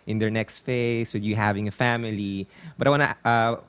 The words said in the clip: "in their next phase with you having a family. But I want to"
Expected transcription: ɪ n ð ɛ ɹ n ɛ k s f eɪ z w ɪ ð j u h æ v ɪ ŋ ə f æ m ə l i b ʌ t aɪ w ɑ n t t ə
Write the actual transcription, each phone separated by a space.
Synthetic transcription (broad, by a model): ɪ n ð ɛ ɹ n ɛ k s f eɪ s w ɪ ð j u h æ v ɪ ŋ ə f æ m ə l i b ʌ t aɪ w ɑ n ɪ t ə